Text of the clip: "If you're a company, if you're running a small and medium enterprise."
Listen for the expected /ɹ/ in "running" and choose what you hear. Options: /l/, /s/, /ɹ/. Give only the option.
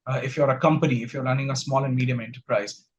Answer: /l/